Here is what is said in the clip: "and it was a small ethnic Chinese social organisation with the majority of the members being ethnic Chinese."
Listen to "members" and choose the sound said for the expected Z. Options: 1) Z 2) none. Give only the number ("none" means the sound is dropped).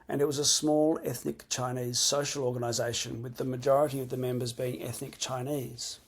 1